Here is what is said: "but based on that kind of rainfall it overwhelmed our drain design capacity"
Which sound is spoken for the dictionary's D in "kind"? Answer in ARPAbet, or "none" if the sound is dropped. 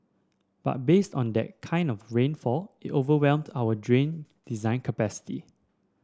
D